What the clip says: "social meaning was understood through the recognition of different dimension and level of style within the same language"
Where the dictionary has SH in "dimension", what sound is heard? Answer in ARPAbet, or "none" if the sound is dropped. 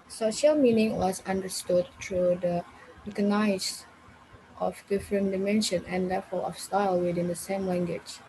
SH